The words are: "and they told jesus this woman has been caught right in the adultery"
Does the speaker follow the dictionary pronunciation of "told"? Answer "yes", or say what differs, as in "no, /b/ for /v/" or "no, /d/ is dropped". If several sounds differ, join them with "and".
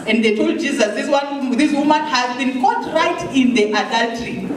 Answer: yes